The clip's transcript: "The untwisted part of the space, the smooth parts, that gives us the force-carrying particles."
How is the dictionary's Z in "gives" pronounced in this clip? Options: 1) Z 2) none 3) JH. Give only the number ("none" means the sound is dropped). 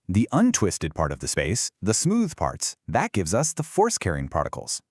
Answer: 1